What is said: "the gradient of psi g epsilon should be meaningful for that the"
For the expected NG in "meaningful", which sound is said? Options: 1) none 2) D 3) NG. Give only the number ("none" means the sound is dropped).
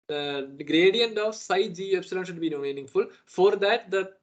3